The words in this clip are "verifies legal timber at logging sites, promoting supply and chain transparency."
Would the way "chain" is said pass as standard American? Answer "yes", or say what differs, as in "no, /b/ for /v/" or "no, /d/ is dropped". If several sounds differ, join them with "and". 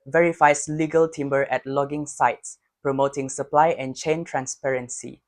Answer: yes